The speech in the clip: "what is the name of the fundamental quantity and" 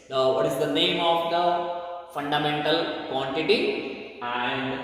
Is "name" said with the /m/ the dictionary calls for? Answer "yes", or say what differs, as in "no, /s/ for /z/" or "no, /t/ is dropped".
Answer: yes